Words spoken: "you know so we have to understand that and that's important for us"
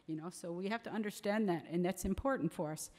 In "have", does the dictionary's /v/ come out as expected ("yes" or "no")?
no